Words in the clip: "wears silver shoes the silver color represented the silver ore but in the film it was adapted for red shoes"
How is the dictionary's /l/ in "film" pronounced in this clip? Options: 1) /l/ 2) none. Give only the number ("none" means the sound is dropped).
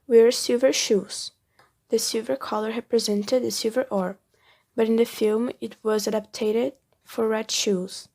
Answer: 1